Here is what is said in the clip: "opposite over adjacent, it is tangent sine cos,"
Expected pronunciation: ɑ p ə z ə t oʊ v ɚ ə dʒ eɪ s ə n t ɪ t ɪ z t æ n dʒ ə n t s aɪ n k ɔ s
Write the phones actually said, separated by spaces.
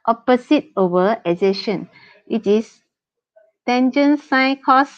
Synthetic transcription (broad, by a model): ɑ p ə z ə t oʊ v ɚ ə z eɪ ʃ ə n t ɪ t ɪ s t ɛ n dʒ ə n s aɪ k ɔ s